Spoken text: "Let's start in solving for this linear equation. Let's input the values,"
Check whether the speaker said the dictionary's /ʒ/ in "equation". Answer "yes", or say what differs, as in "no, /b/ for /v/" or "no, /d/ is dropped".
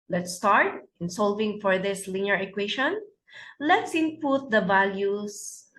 no, /ʃ/ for /ʒ/